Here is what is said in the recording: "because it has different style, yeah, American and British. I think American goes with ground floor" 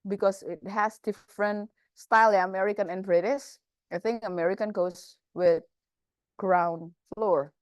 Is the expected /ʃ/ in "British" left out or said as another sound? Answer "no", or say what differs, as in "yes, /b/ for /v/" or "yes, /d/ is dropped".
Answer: yes, /s/ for /ʃ/